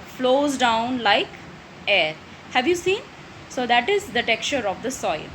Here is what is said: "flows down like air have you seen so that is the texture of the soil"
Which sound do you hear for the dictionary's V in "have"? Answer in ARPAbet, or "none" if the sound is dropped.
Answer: V